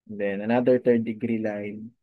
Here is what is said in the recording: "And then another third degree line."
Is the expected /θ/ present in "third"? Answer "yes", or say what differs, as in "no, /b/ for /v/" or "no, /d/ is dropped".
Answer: no, /t/ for /θ/